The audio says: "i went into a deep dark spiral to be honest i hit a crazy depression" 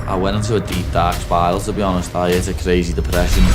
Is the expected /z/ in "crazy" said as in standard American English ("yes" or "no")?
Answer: yes